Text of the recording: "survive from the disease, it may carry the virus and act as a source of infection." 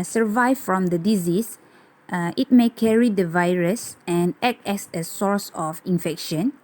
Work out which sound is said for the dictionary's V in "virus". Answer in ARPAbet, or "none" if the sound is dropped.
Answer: V